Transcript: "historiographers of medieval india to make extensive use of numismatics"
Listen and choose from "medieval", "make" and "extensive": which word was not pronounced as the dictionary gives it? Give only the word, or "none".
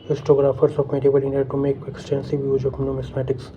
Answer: medieval